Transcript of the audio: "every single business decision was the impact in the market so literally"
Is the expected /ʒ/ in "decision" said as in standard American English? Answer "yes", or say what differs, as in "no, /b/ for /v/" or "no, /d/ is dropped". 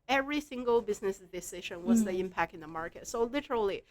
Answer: no, /ʃ/ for /ʒ/